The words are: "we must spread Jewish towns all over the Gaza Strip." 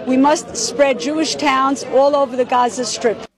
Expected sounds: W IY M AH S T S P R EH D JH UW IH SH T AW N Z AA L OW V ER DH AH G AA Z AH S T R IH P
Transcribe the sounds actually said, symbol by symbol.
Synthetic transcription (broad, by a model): W IY M AH S T S P R EH D JH UW IH SH T AW N Z AA L OW V ER DH AH G AA Z AH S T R IH P